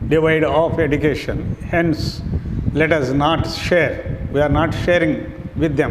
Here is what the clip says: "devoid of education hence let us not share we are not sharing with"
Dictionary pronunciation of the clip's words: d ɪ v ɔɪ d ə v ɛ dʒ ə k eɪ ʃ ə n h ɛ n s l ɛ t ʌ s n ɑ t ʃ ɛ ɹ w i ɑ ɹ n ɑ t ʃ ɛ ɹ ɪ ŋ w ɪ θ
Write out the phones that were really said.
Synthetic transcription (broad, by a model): d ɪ v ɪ d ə f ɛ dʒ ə k eɪ ʃ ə n h ɛ n s l ɛ t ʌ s n ɑ t ʃ ɛ ɹ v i ɑ ɹ n ɑ t ʃ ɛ ɹ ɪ ŋ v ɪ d